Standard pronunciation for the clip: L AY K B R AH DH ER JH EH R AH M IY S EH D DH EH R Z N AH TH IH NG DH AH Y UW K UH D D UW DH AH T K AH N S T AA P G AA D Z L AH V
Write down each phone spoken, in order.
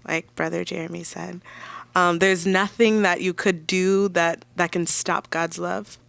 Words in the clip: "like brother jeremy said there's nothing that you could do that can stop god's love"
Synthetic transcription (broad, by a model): L AY K B R AH DH ER JH EH R AH M IY S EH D DH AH R Z N AH TH IH NG DH AH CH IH K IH D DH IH DH AH T K AH N S T AA P G AA D Z L AH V